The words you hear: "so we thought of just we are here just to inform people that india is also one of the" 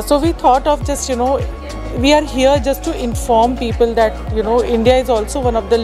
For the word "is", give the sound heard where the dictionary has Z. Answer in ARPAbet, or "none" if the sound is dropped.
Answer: Z